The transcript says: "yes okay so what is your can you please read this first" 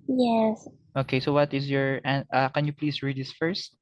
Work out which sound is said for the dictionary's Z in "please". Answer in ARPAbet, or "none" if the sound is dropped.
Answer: S